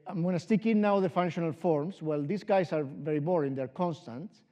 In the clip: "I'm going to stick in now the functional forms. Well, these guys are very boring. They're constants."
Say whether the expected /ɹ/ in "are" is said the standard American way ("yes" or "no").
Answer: yes